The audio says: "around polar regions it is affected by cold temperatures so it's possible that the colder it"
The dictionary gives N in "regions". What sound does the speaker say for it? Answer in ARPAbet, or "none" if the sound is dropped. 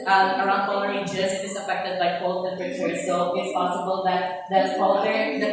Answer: none